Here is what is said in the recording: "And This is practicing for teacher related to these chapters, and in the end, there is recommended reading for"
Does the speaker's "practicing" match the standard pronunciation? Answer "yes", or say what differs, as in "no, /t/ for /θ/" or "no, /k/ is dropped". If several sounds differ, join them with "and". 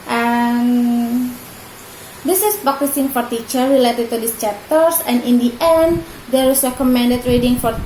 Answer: no, /ɹ/ is dropped